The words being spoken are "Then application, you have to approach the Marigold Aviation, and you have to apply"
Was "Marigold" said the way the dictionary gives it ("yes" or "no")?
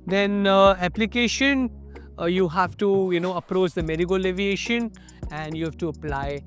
no